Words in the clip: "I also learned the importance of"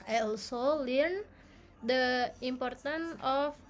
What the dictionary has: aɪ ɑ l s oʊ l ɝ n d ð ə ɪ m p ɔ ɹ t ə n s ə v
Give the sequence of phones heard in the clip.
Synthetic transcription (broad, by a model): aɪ ɑ l s oʊ l ɝ n d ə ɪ m p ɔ ɹ t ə n ə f